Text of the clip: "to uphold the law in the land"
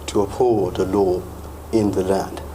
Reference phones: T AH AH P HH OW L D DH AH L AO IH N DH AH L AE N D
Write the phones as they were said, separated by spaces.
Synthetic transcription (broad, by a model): T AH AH P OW D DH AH L AO IH N DH AH L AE N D